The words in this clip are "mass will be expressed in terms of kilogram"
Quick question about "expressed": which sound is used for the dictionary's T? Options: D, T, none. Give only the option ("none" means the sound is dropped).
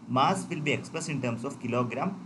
none